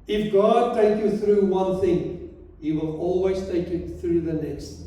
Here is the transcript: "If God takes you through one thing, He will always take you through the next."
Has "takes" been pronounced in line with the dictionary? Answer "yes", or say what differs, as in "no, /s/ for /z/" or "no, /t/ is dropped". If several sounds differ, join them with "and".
no, /s/ is dropped